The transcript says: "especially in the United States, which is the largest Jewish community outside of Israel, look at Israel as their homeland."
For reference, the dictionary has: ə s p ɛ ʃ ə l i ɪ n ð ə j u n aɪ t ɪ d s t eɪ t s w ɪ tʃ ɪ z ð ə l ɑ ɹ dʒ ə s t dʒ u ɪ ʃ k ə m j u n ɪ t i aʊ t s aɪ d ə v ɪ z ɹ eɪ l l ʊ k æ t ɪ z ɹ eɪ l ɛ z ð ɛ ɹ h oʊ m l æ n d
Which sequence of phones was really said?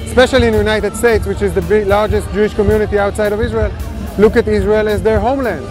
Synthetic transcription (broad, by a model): s p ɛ ʃ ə l i ɪ n j u n aɪ t ɪ d s t eɪ t s w ɪ tʃ ɪ z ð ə l ɑ ɹ dʒ ə s t dʒ u ɪ ʃ k ə m j u n ɪ t i aʊ t s aɪ d ə v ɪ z ɹ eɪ l l ʊ k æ t ɪ z ɹ eɪ l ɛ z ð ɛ ɹ h oʊ m l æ n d